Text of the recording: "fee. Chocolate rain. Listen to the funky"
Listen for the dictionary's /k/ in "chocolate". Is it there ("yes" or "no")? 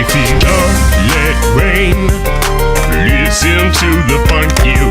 no